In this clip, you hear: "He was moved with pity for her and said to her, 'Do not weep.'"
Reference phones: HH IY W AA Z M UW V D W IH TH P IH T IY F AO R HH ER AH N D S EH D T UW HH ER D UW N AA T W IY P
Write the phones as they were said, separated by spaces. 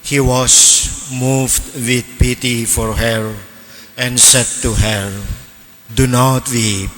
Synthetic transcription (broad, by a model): HH IY W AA S M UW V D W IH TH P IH T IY F AO R HH ER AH N S EH D T UW HH ER D UW N AA T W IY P